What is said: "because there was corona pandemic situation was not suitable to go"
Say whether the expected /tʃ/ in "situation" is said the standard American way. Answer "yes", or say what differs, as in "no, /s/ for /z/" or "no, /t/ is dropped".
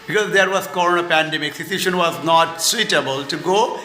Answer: no, /s/ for /tʃ/